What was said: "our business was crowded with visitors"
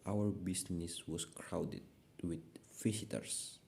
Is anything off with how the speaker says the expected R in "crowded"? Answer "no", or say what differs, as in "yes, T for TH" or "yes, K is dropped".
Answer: no